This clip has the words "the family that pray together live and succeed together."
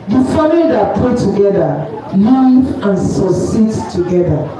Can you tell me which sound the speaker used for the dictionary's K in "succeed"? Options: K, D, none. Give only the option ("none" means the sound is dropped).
none